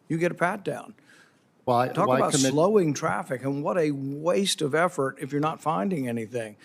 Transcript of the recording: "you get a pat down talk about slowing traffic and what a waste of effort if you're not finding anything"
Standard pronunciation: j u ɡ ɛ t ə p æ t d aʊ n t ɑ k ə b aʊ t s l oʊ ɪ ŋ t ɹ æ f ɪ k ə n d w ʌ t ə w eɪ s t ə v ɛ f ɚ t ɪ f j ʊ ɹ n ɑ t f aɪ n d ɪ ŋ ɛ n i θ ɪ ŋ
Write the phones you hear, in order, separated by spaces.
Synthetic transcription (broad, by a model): j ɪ ɡ ɛ t ə p æ t d aʊ n t ɑ k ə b aʊ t s l oʊ ɪ ŋ t ɹ æ f ɪ k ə n w ʌ t ə w eɪ s t ə v ɛ f ɚ t ɪ f j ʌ ɹ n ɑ t f aɪ n d ɪ ŋ ɛ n i θ ɪ ŋ